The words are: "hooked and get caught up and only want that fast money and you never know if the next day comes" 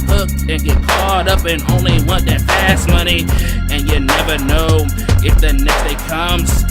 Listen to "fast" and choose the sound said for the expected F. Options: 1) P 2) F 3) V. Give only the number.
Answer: 1